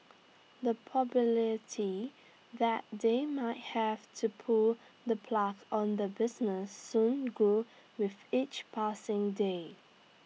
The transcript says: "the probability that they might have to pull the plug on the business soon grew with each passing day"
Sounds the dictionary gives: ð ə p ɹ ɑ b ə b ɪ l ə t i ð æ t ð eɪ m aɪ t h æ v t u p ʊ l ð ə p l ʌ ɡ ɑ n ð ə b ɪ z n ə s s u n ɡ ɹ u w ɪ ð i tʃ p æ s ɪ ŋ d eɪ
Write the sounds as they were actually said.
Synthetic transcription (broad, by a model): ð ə p ɑ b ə l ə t i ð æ t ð eɪ m aɪ t h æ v t u p ʊ l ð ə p l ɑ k ɑ n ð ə b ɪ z n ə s s u n ɡ u w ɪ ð i tʃ p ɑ s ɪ ŋ d eɪ